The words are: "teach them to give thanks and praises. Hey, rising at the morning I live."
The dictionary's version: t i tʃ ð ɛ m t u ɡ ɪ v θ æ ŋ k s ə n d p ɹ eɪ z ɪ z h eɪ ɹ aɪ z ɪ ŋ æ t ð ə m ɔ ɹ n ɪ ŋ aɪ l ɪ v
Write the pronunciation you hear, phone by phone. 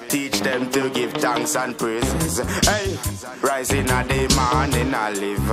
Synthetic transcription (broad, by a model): t i tʃ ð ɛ m t u ɡ ɪ v t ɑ ŋ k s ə n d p ɹ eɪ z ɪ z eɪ ɹ aɪ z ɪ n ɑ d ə m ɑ n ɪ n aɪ l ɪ v